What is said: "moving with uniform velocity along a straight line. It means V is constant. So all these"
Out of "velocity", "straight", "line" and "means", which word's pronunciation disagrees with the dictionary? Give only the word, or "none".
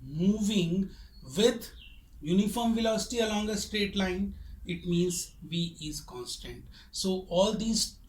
none